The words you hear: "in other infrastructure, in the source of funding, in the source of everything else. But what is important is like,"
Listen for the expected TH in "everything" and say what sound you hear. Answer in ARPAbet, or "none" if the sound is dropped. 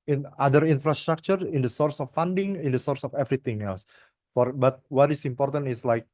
T